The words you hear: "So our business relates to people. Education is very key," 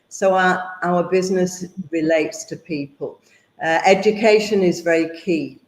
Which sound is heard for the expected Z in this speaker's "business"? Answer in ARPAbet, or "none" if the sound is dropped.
Z